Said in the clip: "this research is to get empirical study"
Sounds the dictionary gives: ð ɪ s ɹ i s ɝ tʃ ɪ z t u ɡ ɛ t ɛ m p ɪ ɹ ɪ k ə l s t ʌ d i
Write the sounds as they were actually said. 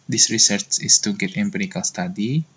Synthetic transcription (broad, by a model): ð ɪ s ɹ i s ɝ tʃ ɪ s t u ɡ ɛ t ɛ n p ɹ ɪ k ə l s t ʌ d i